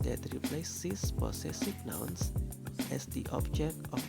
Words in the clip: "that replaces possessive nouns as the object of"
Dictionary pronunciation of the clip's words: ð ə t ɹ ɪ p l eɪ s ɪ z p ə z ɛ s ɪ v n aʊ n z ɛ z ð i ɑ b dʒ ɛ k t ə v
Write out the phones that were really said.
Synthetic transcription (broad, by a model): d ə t ɹ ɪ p l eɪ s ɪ s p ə s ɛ s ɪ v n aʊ n s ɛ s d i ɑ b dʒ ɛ k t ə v